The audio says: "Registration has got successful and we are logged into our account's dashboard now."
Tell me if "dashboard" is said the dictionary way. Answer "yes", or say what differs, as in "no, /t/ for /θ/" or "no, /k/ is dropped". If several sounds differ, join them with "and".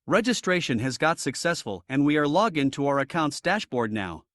yes